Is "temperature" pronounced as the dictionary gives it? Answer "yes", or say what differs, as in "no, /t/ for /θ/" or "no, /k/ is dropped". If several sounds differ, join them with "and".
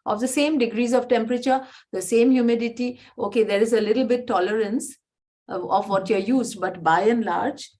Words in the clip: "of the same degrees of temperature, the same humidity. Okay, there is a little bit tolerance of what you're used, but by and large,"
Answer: yes